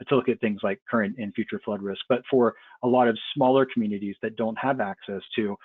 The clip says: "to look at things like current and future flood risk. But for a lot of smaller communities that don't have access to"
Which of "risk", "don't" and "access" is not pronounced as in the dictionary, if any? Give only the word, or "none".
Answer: none